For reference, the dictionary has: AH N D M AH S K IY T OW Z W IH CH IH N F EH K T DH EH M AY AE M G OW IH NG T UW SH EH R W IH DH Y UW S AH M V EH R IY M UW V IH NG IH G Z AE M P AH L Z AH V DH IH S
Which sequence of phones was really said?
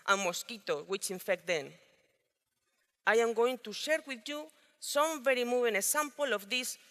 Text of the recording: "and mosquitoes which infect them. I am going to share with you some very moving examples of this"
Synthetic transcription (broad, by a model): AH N M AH S K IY T OW W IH CH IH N F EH K T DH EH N AY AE M G OW IH NG T UW SH EH R W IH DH Y UW S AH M V EH R IY M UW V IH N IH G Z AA M P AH L AH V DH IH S